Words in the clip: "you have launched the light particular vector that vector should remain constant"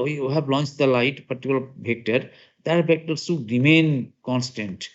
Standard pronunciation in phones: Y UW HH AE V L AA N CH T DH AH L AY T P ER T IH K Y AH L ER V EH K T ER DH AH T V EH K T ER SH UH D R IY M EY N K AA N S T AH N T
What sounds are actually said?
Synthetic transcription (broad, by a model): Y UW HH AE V L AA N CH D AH L AY T P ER T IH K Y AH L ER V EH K T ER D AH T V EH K T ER S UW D R IY M EY N K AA N S T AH N T